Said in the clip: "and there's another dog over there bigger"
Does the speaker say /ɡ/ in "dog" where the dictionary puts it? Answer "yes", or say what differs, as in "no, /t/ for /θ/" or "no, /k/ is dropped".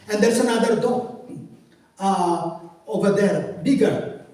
no, /ɡ/ is dropped